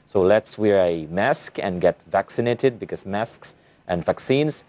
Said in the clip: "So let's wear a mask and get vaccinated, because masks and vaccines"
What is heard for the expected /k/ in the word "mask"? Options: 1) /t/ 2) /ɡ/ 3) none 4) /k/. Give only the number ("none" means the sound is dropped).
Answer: 4